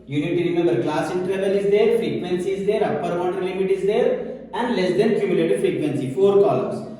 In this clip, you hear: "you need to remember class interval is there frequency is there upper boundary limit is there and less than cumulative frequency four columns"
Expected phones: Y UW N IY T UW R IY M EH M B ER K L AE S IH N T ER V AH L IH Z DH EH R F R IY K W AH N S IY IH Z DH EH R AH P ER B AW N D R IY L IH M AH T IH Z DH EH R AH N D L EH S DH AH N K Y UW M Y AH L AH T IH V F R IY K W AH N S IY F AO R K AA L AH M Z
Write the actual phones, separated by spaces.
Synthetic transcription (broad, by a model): Y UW N IY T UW R IY M EH M B ER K L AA S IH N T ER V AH L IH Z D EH R F R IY K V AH N S IY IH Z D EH R AH P ER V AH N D IY L IH M AH T IH Z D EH R AH N D L EH S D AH N K Y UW M Y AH L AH T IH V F R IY K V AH N S IY F AO R K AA L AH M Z